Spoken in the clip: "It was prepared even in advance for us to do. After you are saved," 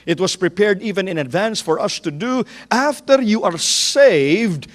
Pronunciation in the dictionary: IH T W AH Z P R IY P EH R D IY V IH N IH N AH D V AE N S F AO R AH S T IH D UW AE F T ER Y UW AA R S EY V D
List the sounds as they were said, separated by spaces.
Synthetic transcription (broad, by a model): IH T W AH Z P R IY P EH R D IY V IH N IH N AH D V AE N S F AO R AH S T IH D UW AE F T ER Y UW AA R S EY V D